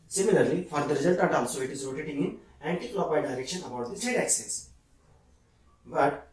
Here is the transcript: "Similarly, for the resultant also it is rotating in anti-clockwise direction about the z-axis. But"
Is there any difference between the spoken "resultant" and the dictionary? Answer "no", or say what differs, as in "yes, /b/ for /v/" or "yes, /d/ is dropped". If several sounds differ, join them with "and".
yes, /n/ is dropped